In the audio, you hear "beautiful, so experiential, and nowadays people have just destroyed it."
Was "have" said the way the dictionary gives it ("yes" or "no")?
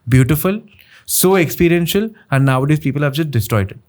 yes